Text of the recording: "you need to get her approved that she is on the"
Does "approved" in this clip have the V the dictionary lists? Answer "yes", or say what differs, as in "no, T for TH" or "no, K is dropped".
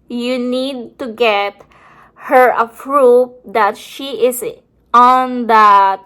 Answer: no, P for V